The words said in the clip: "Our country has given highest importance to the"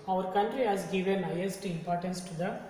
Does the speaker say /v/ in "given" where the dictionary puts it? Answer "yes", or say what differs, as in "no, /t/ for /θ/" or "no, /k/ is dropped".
yes